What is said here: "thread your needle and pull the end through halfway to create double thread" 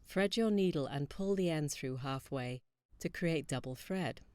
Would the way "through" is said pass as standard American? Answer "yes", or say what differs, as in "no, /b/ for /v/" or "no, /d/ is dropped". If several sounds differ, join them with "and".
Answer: yes